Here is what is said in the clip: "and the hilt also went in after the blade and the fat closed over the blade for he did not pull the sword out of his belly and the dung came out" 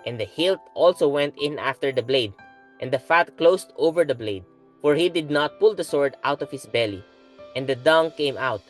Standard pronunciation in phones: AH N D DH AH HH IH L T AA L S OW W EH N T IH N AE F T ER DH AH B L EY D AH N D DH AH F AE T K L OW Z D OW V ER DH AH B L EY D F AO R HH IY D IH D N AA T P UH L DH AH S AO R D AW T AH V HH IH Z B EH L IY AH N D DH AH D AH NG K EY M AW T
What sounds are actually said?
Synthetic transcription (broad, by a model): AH N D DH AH HH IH L T AA L S OW W EH N T IH N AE F T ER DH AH B L EY D AH N D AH F AE T K L OW S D OW V ER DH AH B L EY D F AO R HH IY D IH D N AA T P UH L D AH S AO R D AW T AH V HH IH S B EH L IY AH N D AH D AH NG K EY M AW T